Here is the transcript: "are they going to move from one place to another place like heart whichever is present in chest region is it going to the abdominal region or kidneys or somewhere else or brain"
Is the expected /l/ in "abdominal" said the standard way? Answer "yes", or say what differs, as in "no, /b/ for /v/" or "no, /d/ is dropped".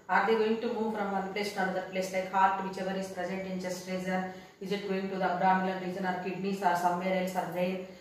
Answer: no, /n/ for /l/